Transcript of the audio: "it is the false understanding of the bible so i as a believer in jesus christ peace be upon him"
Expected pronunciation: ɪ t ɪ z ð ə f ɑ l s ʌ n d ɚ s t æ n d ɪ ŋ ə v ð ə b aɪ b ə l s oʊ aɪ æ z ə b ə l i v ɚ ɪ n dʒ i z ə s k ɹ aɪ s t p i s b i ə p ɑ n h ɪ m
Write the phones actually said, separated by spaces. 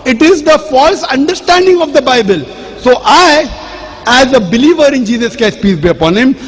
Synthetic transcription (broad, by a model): ɪ t ɪ z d ə f ɑ l s ʌ n d ɚ s t æ n d ɪ ŋ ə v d ə b aɪ b ə l s oʊ aɪ æ z ə b ə l i v ɚ ɪ n dʒ i z ə s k ɛ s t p i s b i ə p ɑ n h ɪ m